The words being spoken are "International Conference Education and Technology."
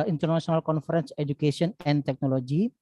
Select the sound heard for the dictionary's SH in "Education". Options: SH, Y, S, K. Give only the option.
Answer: S